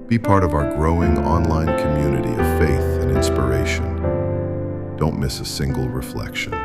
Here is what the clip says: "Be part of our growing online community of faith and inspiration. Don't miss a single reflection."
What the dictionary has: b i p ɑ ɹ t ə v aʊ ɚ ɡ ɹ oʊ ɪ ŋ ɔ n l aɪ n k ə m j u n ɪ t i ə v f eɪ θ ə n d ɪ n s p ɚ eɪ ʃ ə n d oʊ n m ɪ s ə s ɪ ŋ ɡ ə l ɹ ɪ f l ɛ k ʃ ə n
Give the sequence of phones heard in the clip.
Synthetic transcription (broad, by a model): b i p ɑ ɹ t ə v aʊ ɚ ɡ ɹ oʊ ɪ ŋ ɔ n l aɪ n k ə m j u n ɪ t i ə v f eɪ θ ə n ɪ n s p ɚ eɪ ʃ ə n d oʊ n m ɪ s ə s ɪ ŋ ɡ l ɹ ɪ f l ɛ k ʃ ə n